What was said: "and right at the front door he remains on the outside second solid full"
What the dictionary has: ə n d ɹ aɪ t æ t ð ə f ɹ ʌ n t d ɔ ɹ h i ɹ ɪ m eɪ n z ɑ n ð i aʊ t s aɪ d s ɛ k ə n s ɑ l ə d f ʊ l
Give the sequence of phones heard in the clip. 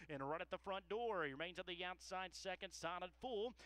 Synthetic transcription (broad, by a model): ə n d ɹ aɪ t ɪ t ð ə f ɹ ʌ n d ɔ ɹ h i ɹ ɪ m eɪ n z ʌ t ð i aʊ t s aɪ d s ɛ k ə n s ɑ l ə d f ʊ l